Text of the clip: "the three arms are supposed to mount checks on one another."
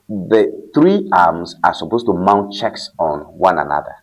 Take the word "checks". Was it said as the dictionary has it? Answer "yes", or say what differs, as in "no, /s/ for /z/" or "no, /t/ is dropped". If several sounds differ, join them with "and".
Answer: yes